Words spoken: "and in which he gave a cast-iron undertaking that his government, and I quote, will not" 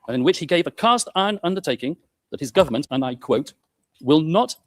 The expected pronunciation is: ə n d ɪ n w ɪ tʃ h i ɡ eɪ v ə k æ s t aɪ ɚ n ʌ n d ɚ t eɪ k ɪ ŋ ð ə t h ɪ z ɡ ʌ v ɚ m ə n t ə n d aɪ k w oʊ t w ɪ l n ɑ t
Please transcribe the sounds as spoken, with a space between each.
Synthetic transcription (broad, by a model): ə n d ɪ n w ɪ tʃ h i ɡ eɪ v ə k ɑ s t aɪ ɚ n ʌ n d ɚ t eɪ k ɪ ŋ ð ə t h ɪ z ɡ ʌ v ɚ m ə n t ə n aɪ k w oʊ t w ɪ l n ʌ t